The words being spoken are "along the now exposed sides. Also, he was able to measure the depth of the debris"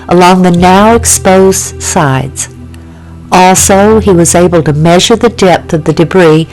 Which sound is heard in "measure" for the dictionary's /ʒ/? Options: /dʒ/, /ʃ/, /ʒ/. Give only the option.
/ʒ/